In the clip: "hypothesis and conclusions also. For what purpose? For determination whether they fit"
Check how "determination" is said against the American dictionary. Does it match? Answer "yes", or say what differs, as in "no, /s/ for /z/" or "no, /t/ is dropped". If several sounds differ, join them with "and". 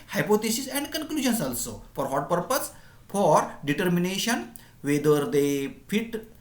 yes